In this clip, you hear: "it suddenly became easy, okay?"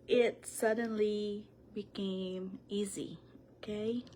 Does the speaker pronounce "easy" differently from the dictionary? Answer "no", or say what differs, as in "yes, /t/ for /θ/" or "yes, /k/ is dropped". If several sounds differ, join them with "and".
no